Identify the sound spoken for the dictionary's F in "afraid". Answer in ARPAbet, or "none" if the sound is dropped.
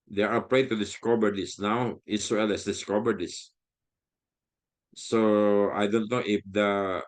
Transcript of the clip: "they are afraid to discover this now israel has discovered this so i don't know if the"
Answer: P